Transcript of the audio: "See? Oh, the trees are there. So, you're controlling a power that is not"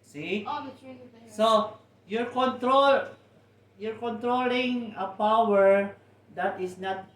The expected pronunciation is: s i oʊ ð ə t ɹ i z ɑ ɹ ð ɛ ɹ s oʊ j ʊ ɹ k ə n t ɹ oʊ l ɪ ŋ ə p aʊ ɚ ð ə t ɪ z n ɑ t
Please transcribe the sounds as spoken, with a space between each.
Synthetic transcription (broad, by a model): s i oʊ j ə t ɹ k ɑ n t ɹ oʊ j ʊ ɹ k ə n t ɹ oʊ l ɪ ŋ ə p aʊ ɚ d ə t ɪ s n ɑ t